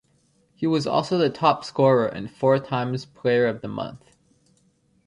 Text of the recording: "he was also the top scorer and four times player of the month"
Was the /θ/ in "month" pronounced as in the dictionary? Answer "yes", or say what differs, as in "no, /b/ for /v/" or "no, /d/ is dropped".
yes